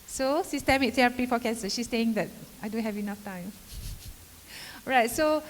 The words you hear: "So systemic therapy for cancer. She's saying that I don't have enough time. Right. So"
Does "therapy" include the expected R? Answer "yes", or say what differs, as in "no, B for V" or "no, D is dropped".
no, R is dropped